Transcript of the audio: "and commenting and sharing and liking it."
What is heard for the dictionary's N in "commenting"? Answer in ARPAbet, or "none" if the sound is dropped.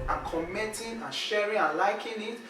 none